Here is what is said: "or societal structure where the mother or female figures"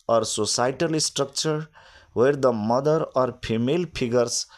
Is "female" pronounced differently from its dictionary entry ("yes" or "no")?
yes